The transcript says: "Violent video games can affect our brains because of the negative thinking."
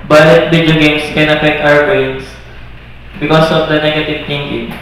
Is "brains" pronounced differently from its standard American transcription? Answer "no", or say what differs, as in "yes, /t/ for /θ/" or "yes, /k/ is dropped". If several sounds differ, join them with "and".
yes, /ɹ/ is dropped and /s/ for /z/